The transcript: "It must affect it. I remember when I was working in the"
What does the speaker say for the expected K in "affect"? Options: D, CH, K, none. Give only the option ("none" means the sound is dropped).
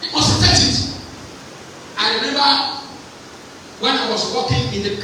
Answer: none